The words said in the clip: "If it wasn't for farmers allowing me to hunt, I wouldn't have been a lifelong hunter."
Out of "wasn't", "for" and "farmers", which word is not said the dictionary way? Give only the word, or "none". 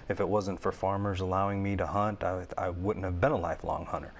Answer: none